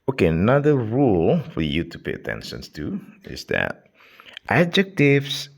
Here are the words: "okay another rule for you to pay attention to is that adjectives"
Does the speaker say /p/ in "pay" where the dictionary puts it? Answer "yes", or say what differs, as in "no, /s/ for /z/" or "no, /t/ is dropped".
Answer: yes